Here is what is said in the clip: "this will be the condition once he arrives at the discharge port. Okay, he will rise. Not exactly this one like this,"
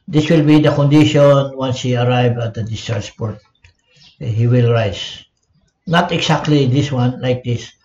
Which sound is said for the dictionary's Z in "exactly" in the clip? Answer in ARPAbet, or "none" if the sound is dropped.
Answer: S